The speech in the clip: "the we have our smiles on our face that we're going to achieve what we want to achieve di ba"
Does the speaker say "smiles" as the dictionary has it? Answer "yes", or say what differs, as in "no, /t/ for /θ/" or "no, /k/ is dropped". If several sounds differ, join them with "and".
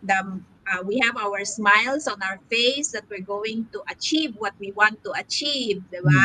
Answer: no, /s/ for /z/